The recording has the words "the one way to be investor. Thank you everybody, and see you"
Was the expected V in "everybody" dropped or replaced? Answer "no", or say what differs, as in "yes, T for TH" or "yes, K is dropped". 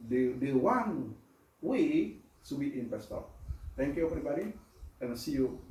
yes, P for V